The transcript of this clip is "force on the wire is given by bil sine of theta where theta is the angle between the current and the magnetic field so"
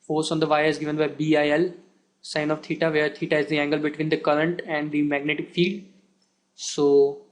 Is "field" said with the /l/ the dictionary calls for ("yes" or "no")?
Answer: no